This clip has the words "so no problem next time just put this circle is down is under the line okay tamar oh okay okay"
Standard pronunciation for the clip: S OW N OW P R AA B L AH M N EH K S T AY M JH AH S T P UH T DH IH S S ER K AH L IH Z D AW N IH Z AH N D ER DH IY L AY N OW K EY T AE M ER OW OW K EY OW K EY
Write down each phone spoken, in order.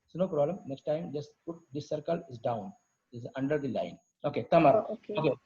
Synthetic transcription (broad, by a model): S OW N OW P R AA B L AH M N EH K S T AY M JH AH S T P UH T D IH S S ER K AH L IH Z D AW N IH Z AH N D ER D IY L AY N OW K EY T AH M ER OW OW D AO OW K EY